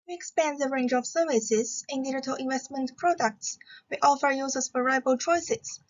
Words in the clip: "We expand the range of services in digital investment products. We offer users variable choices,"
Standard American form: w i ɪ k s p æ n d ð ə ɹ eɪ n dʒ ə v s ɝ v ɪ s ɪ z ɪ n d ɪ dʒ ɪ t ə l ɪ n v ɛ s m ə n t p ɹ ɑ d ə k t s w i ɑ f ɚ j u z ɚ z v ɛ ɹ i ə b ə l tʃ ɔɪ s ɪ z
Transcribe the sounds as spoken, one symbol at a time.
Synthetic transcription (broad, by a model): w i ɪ k s p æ n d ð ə ɹ eɪ n dʒ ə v s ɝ v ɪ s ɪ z ɪ n d ɪ dʒ ɪ t ə l ɪ n v ɛ s m ə n t p ɹ ɑ d ə k t s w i ɑ f ɚ j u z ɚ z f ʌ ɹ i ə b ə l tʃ ɔɪ s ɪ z